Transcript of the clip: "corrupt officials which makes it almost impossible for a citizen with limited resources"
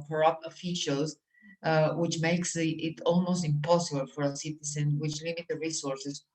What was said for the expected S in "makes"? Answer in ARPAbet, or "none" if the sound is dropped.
S